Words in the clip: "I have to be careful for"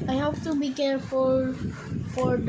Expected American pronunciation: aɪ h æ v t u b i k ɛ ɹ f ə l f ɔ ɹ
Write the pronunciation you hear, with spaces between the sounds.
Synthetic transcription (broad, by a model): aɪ h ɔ p t u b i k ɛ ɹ f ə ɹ f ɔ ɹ